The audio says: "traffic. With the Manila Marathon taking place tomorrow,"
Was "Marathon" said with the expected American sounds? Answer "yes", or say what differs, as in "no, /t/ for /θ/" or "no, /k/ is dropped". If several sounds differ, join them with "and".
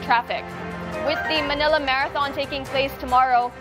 yes